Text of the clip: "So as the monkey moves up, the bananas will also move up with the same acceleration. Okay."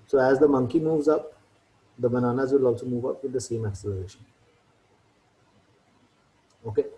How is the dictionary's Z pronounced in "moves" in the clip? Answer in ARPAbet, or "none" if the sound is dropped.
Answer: Z